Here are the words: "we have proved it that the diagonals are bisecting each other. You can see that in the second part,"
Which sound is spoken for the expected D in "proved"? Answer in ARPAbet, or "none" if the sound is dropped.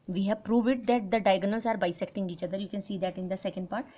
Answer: none